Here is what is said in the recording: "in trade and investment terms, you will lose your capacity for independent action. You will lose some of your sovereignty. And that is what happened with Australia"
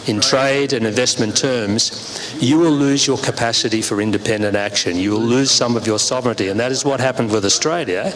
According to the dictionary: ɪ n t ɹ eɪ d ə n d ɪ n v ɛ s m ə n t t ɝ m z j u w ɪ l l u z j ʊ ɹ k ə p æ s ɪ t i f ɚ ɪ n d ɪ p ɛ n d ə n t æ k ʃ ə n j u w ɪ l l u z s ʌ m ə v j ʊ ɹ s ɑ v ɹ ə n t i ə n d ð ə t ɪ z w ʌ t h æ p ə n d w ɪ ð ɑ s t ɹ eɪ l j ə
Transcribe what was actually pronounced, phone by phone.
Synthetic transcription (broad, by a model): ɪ n t ɹ eɪ d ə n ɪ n v ɛ s m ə n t t ɝ m z j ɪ w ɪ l l u z j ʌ ɹ k ə p æ s ɪ t i f ɚ ɪ n d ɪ p ɛ n d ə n t æ k ʃ ə n j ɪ w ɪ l l u z s ʌ m ə v j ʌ ɹ s ɑ v ɹ ə n t i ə n ð ə t ɪ z w ʌ t h æ p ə n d w ɪ ð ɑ s t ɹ eɪ l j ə